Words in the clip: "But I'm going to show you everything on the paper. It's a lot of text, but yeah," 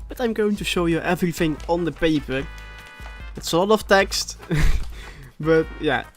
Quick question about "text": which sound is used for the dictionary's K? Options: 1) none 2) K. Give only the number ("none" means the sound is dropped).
2